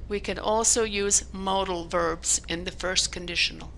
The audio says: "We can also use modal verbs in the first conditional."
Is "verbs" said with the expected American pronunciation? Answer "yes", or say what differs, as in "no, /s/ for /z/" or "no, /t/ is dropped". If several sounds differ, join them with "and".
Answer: yes